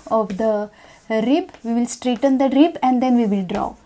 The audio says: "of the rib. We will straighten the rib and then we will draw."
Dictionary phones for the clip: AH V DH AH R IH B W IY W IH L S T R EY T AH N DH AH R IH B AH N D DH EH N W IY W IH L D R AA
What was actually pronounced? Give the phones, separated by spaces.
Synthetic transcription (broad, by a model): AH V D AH R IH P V IY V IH L S T R EY T AH N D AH R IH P AH N D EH N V IY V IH L D R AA